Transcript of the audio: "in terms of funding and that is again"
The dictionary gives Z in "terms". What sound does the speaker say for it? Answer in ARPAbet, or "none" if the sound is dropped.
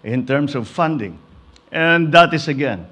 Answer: S